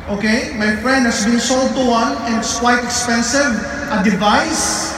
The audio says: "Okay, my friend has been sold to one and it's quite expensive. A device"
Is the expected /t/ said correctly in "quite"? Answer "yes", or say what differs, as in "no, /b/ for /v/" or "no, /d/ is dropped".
yes